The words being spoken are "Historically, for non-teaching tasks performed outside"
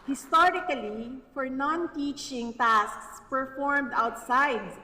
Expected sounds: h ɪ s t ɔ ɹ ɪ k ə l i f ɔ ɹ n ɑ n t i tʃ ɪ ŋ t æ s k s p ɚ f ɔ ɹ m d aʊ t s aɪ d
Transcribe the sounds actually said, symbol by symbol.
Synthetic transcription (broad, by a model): h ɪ s t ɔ ɹ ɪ k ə l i f ɔ ɹ n ɑ n t i tʃ ɪ ŋ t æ s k s p ɚ f ɔ ɹ m d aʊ t s aɪ d